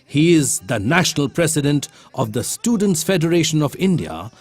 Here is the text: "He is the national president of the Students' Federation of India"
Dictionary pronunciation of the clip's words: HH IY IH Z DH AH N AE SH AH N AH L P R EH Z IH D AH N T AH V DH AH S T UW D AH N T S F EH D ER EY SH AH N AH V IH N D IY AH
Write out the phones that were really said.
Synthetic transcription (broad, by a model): HH IY IH Z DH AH N AE SH AH N AH L P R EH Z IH D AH N T AH V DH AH S T UW D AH N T S F EH D ER EY SH AH N AH V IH N D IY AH